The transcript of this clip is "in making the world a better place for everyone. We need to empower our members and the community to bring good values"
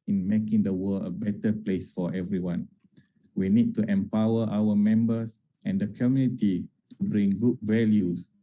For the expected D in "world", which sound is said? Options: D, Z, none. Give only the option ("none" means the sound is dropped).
none